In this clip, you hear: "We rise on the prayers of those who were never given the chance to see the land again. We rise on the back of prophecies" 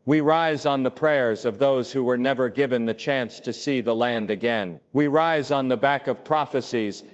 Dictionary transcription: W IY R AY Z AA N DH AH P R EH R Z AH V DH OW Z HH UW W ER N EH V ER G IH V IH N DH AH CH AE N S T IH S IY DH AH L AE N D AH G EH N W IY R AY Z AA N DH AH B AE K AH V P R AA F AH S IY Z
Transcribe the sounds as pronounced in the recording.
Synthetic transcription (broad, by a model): W IY R AY Z N DH AH P R EH R Z AH V DH OW Z HH UW W ER N EH V ER G IH V IH N DH AH CH AE N S T IH S IY DH AH L AE N D AH G EH N W IY R AY Z N DH AH B AE K AH V P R AA F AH S IY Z